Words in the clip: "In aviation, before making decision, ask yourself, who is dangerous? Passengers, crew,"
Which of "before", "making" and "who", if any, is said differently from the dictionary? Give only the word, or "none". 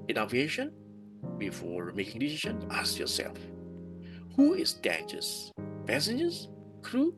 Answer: none